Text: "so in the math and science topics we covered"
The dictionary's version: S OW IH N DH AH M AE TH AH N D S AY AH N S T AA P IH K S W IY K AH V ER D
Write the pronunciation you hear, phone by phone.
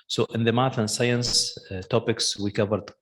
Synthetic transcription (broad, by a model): S OW IH N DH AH M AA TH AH N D S AY AH N S T AA P IH K S W IY K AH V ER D